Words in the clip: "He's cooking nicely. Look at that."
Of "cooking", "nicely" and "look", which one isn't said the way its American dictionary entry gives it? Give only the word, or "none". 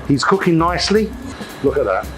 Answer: none